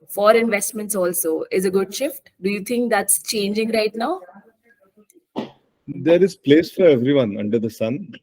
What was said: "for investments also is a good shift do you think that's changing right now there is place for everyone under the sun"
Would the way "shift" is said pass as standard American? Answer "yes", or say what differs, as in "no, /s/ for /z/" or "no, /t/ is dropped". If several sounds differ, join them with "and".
yes